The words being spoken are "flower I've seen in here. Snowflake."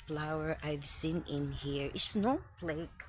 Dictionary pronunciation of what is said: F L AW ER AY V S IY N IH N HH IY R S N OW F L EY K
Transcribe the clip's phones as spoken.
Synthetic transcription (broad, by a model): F L AW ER AY V S IY N IH N HH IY R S N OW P L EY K